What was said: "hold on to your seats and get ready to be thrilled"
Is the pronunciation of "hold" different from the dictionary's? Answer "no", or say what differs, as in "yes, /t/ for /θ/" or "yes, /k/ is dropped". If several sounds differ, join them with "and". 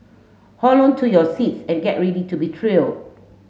yes, /d/ is dropped